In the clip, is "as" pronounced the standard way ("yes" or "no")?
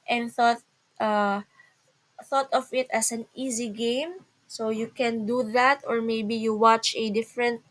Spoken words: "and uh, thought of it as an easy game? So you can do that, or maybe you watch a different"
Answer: no